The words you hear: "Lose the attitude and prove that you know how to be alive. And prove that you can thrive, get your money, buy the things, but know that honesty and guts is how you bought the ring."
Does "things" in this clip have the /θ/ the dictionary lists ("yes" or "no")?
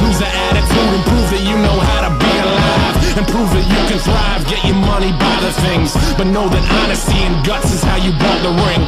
yes